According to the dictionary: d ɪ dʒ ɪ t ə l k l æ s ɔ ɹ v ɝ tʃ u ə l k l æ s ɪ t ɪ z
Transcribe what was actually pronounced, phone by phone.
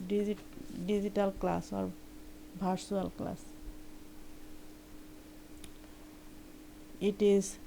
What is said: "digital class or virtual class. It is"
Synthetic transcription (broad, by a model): d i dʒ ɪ t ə l k l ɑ s ɔ ɹ b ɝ s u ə l k l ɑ s ɪ t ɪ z